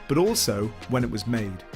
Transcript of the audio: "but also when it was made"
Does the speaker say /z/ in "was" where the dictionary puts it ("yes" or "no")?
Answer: yes